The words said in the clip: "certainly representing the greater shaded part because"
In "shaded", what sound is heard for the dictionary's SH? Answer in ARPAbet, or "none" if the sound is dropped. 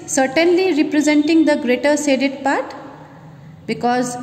S